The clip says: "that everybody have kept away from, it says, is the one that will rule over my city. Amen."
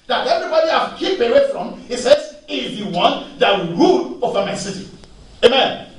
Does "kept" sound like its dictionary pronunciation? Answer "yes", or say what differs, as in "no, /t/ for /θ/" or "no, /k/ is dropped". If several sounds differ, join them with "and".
no, /t/ is dropped